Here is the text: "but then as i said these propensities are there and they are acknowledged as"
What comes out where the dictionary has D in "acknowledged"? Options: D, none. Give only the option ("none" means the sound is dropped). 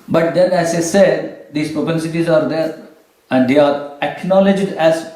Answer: D